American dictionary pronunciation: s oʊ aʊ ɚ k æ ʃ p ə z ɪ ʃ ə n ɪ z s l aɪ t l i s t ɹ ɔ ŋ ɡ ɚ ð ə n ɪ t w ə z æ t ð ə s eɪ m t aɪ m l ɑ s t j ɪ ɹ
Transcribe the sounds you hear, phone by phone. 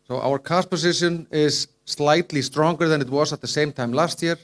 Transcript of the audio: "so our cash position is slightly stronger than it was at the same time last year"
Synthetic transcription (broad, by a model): s oʊ aʊ ɚ k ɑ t p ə s ɪ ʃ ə n ɪ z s l aɪ t l i s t ɹ ɔ ŋ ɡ ɚ ð ə n ɪ t w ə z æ t ð ə s eɪ m t aɪ m l ɑ s t j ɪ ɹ